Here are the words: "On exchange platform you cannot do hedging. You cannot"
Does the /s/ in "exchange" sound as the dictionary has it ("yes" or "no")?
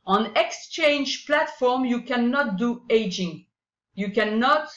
yes